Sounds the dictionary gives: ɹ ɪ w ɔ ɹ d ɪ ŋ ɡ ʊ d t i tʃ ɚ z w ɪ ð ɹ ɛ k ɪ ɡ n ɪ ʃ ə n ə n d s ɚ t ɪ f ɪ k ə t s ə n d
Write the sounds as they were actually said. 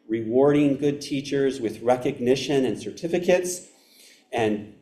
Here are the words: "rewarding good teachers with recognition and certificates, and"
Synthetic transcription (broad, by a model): ɹ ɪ w ɔ ɹ d ɪ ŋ ɡ ʊ d t i tʃ ɚ z w ɪ ð ɹ ɛ k ɪ ɡ n ɪ ʃ ə n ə n s ɚ t ɪ f ɪ k ə t s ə n